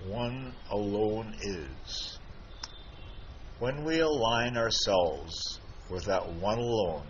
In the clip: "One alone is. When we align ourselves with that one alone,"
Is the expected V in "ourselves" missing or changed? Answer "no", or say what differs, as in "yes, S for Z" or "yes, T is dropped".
no